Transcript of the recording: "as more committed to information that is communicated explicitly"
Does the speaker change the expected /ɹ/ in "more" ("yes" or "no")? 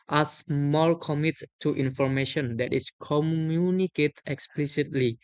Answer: yes